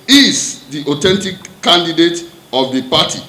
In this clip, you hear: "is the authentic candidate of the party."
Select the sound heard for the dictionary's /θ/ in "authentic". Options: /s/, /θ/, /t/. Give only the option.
/t/